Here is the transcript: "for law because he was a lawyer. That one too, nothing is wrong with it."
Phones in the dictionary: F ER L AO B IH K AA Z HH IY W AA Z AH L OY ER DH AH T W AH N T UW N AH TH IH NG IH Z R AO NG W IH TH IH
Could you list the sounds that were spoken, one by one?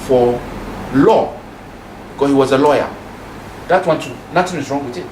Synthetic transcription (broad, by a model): F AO L AO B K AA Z HH IY W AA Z AH L OY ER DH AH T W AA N T UW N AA T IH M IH S R AO NG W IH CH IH